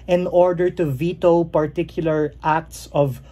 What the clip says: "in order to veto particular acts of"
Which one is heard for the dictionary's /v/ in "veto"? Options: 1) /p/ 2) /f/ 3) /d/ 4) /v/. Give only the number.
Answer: 4